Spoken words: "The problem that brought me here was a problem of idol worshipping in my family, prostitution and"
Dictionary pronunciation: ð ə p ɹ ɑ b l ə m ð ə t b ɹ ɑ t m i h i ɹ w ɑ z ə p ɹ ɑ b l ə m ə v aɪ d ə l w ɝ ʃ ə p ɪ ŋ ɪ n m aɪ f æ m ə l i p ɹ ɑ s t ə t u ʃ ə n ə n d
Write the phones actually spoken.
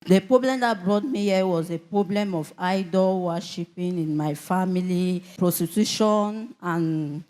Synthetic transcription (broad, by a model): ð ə p ɹ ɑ b l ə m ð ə t b ɹ ɑ t m i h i w ɑ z ə p ɹ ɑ b l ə m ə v aɪ d ə l w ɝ ʃ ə p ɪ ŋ ɪ n m aɪ f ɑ m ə l i p ɹ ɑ s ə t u ʃ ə n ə n